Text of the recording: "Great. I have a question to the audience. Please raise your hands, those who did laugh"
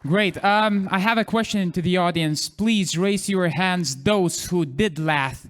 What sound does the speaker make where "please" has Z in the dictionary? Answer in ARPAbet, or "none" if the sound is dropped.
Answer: Z